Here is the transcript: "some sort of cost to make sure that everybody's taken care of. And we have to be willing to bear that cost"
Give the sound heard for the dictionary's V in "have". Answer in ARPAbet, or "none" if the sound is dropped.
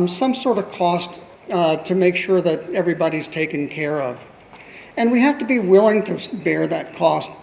F